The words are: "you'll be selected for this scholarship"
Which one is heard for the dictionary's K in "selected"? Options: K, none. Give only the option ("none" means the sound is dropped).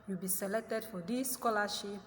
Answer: none